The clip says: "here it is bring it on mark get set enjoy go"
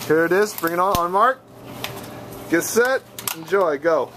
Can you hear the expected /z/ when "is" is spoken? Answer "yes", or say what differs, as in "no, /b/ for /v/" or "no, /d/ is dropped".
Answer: yes